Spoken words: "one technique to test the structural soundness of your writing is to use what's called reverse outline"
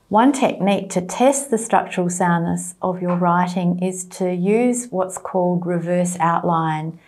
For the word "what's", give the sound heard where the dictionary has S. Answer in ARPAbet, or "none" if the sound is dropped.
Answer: S